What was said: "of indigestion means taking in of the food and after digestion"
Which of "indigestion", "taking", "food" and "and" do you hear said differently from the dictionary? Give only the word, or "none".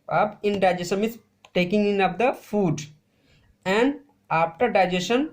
indigestion